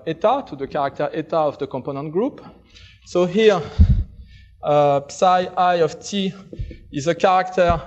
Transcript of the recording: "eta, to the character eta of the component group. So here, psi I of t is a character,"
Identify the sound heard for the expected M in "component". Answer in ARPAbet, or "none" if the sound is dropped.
M